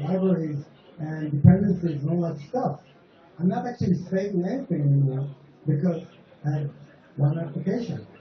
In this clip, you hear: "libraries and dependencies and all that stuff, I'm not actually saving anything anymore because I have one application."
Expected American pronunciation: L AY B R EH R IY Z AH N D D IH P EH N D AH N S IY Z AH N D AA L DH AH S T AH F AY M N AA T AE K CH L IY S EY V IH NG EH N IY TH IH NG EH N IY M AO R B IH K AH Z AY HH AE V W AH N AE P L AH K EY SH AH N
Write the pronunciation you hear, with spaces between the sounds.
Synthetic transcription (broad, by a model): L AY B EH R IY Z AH N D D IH P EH N D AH N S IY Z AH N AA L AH S T AH F AY M N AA T AE K CH L IY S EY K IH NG EH N IY TH IH NG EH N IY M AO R B IH K AH Z AY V W AH N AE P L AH K EY SH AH N